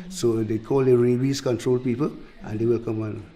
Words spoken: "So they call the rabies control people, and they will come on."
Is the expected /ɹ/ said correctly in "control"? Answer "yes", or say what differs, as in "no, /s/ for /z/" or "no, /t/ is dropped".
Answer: yes